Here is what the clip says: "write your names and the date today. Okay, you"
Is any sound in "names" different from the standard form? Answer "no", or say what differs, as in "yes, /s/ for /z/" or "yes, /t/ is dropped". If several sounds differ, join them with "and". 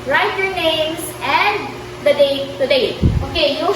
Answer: yes, /s/ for /z/